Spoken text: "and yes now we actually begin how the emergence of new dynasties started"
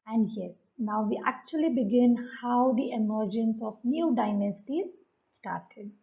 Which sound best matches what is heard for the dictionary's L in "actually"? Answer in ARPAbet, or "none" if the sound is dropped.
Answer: L